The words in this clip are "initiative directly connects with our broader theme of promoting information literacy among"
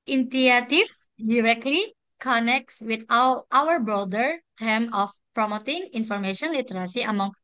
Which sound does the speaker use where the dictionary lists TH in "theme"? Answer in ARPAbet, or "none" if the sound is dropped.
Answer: T